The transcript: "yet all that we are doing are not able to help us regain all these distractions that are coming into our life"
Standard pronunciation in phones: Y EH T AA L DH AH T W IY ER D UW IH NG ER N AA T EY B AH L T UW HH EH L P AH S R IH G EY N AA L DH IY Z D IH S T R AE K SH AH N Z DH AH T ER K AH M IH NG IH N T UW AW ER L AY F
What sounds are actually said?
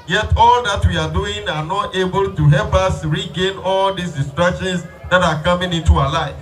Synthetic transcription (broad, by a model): Y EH T AA L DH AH T W IY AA D UW IH NG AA N AA T EY B AH L T UW HH EH L P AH S R IH G EY N AA L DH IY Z D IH S T R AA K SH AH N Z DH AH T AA K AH M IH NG IH N T UW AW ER L AY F